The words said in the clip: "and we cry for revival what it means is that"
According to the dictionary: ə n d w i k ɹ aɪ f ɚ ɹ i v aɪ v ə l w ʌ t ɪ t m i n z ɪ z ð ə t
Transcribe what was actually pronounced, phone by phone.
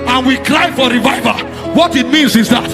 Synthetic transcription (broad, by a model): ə n w i k ɹ aɪ f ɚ ɹ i v aɪ v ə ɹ w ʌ t ɪ t m i n z ɪ z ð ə t